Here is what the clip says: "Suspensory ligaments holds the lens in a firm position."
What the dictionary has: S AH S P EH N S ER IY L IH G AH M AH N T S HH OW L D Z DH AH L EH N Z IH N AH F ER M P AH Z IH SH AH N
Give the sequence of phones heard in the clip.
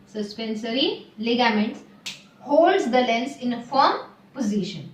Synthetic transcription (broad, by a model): S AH S P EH N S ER IY L IH G AH M AH N T S HH OW L D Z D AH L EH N S IH N AH F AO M P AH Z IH SH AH N